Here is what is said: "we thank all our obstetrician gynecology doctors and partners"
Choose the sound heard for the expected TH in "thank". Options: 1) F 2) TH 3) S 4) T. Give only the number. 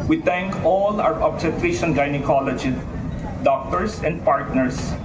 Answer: 4